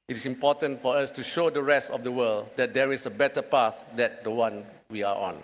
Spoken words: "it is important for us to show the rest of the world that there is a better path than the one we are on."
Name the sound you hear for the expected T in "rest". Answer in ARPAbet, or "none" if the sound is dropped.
T